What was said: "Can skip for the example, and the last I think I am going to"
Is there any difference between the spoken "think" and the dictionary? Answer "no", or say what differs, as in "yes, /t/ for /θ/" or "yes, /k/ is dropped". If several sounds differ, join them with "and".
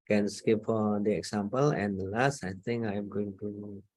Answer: yes, /k/ is dropped